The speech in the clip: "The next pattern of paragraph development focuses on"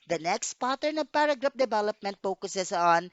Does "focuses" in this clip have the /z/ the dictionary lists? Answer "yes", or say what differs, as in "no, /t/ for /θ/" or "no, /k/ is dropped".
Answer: no, /s/ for /z/